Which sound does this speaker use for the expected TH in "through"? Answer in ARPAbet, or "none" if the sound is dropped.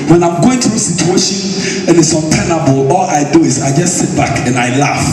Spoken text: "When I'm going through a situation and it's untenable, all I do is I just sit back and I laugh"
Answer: T